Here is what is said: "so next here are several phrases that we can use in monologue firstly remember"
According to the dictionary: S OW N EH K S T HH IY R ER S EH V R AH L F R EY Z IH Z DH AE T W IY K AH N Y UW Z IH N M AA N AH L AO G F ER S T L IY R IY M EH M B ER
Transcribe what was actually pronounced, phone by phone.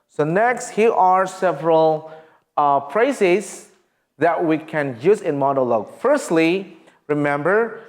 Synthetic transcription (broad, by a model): S OW N EH K S T HH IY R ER S EH V R AH L P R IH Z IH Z DH AE T W IY K AH N Y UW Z IH N M AA N AH L AO G F ER S T L IY R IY M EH M B ER